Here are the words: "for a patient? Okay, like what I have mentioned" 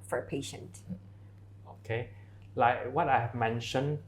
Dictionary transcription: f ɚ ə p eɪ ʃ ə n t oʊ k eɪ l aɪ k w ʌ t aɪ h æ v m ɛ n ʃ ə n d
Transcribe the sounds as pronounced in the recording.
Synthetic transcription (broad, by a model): f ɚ ə p eɪ ʃ ə n t oʊ k eɪ l aɪ k w ʌ t aɪ h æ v m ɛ n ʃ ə n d